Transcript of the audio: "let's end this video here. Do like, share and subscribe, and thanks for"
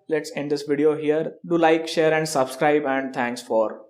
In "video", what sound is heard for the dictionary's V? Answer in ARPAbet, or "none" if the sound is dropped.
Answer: V